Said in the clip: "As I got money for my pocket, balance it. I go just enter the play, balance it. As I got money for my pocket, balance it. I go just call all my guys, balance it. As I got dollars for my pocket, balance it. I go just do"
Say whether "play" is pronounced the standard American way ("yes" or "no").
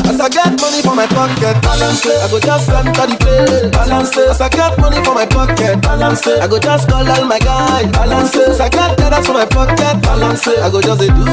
no